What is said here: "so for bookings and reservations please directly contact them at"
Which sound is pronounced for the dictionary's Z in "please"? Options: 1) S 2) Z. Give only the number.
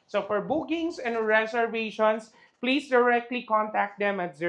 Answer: 1